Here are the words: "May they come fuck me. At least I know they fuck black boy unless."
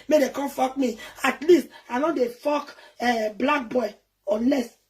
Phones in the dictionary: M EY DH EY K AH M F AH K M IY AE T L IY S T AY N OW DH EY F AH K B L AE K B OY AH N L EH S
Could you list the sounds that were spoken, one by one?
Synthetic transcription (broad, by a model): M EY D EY K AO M F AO K M IY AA T L IY S T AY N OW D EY F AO K B L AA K B OY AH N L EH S